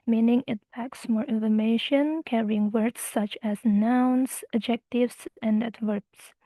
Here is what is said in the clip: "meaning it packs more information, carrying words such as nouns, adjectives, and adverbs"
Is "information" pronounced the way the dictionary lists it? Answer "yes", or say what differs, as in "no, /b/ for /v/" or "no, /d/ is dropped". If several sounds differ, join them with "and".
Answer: yes